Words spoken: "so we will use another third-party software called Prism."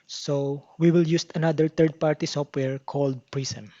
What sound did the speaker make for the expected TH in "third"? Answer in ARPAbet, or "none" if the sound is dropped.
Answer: T